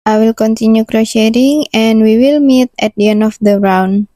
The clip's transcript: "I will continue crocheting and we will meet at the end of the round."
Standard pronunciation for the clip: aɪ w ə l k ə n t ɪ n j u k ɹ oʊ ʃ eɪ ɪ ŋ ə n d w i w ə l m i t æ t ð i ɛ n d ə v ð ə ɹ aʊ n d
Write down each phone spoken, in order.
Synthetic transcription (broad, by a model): aɪ w ə l k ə n t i n j u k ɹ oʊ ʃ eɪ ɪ ŋ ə n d w i w ə l m i t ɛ t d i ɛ n ə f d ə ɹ aʊ n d